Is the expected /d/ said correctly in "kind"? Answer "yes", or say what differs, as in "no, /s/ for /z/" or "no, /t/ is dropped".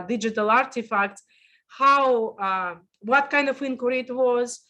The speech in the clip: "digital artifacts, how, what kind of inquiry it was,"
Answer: yes